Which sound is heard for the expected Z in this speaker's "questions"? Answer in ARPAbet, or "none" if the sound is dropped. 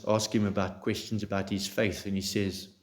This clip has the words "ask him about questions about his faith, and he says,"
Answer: Z